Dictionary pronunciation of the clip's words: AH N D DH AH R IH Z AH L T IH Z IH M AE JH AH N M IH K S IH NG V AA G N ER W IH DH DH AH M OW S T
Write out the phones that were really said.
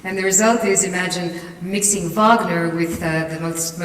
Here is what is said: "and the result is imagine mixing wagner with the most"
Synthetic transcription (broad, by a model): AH N DH AH R IH Z AH L T IH Z IH M AE JH AH N M IH K S IH NG V AA G N ER W IH DH DH AH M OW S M